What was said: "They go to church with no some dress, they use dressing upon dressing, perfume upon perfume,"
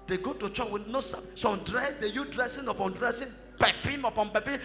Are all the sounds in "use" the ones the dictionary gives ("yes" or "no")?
no